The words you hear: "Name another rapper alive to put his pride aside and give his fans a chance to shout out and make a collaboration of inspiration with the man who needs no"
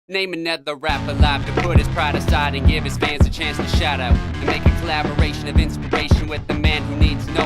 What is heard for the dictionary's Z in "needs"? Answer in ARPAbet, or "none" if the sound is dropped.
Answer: Z